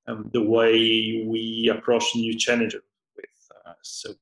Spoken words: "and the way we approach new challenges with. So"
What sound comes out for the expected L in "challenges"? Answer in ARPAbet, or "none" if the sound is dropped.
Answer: N